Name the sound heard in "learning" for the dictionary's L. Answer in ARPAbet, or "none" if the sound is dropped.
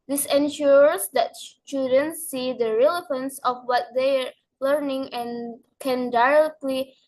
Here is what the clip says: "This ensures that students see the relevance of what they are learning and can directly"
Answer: L